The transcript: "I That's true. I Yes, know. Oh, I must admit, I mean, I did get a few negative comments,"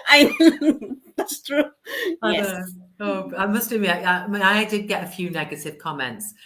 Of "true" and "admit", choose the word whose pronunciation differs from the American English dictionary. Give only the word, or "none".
admit